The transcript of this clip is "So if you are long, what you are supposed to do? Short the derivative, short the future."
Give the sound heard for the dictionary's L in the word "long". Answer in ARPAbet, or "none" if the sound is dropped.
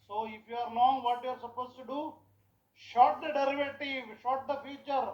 N